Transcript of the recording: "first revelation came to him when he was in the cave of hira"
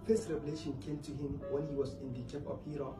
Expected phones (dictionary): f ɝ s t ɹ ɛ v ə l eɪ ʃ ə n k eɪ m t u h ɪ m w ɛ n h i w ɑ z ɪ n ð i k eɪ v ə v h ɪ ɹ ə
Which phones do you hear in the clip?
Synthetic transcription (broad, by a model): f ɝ s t ɹ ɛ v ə l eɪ ʃ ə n k eɪ m t u h ɪ m w ɛ n h i w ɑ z ɪ n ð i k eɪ p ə p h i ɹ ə